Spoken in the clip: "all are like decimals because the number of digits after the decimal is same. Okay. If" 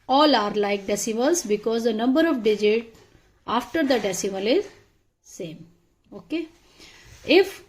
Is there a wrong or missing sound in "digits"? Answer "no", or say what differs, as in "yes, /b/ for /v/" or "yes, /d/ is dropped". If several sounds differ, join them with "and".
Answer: yes, /s/ is dropped